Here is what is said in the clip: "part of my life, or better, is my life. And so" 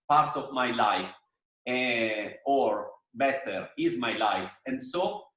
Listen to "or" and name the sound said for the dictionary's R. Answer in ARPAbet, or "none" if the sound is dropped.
R